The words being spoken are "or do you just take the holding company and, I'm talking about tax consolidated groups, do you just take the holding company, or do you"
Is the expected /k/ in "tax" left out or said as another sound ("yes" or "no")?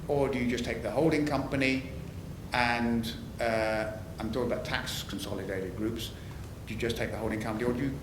no